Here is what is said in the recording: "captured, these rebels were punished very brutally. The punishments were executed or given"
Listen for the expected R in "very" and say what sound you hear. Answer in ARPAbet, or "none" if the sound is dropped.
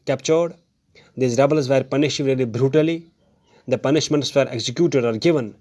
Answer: L